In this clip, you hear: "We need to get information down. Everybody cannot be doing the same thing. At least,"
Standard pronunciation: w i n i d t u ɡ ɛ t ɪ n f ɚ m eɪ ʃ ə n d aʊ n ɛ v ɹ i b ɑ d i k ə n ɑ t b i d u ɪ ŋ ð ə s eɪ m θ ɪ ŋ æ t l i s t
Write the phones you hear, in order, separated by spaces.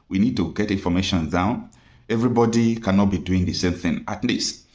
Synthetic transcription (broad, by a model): w i n i d t u ɡ ɛ t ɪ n f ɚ m eɪ ʃ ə n d aʊ n ɛ v ɹ i b ɑ d i k ə n ɑ t b i d u ɪ ŋ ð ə s eɪ m θ ɪ ŋ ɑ t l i s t